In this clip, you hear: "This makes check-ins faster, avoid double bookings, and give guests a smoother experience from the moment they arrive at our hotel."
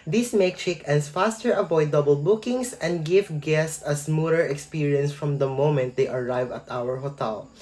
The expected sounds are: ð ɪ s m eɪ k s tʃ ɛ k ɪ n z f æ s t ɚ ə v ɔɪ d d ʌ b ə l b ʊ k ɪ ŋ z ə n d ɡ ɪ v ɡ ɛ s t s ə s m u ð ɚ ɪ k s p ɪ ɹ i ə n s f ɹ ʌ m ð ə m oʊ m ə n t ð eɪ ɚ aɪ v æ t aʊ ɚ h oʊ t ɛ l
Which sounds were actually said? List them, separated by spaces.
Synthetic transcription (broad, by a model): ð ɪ s m eɪ k tʃ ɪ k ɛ n s f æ s t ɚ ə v ɔɪ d d ʌ b ə l b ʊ k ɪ ŋ s ə n d ɡ ɪ v ɡ ɛ s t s ə s m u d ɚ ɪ k s p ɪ ɹ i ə n s f ɹ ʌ m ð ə m oʊ m ə n t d eɪ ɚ aɪ v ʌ t aʊ ɚ h oʊ t ɛ l